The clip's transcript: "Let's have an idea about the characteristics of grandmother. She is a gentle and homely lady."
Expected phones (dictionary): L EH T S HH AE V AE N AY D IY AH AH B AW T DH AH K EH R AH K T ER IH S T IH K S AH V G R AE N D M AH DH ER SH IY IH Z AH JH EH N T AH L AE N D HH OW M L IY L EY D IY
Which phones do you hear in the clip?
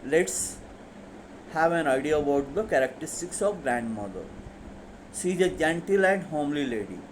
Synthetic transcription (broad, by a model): L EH T S HH AE V AE N AY D IY AH AH B AW T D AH K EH R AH K T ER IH S T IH K S AH V G R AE N D M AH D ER S IY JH AH JH EH N T AH L AE N D HH OW M L IY L EY D IY